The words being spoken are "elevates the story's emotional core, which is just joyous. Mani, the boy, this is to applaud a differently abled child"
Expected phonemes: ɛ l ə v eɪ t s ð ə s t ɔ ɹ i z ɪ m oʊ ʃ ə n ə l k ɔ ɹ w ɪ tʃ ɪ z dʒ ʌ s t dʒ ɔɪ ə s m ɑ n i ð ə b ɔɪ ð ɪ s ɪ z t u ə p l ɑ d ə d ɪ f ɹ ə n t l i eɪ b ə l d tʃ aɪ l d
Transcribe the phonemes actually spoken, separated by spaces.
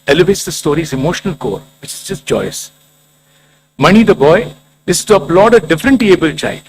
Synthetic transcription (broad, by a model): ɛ l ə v eɪ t s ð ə s t ɔ ɹ i z ɪ m oʊ ʃ ə n ə l k ɔ ɹ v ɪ tʃ ɪ z dʒ ʌ s t dʒ ɔɪ ə s m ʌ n i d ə b ɔɪ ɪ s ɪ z t u ə p l ɑ d ə d ɪ f ɹ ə n t i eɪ b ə l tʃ aɪ l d